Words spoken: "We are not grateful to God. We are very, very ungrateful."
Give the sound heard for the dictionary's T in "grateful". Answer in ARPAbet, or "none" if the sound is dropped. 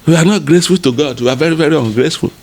S